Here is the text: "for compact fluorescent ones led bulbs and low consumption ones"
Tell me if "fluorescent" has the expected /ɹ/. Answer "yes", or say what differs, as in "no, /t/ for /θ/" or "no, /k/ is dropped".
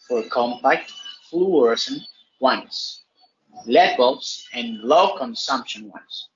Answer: no, /w/ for /ɹ/